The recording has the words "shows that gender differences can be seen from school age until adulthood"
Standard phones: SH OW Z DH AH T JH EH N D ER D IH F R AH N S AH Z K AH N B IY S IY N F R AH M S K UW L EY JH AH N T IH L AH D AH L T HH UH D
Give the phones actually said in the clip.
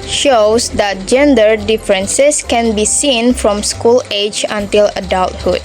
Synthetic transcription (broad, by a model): SH OW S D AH T JH EH N D ER D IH F R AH N S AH S K AH N B IY S IY N F R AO M S K UW L EY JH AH N T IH L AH D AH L T HH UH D